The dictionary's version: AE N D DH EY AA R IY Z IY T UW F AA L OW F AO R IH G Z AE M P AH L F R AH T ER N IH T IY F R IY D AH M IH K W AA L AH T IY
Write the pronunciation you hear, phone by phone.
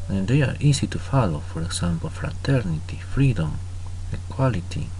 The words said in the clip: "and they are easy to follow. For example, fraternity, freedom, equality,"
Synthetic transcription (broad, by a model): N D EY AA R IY S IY T UW F AA L OW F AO R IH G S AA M P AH F R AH T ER N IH T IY F R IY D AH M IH K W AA L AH T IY